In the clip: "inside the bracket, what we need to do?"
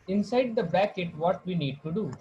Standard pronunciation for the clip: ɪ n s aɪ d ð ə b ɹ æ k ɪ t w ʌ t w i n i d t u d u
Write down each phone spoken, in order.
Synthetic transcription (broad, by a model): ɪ n s aɪ d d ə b æ k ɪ t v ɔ t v i n i d t u d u